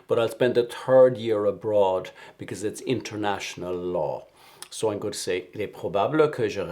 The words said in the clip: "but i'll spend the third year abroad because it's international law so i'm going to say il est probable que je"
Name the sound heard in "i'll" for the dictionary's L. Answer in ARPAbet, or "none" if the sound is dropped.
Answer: L